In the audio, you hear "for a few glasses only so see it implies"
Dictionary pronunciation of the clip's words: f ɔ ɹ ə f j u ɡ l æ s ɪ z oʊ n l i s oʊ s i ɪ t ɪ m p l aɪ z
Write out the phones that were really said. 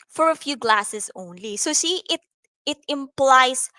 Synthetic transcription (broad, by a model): f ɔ ɹ ə f j u ɡ l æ s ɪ s oʊ n l i s oʊ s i ɪ t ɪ m p l aɪ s